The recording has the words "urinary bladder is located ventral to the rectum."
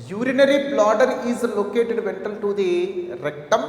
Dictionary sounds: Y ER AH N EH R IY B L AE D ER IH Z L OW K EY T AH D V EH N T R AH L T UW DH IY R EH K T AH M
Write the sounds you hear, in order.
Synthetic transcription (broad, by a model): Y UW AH N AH R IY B L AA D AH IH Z L OW K EY T AH D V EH N T AH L T UW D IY R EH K T AH M